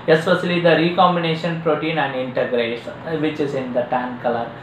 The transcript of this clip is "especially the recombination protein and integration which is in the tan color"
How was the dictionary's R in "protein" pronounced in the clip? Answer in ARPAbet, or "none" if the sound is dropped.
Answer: R